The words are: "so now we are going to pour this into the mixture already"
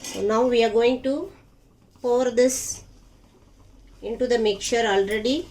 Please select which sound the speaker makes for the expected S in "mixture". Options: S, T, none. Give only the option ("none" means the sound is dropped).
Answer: none